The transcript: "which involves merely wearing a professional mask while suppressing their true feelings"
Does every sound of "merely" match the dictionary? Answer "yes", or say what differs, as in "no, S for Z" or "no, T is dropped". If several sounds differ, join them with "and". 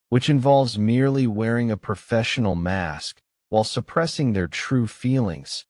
yes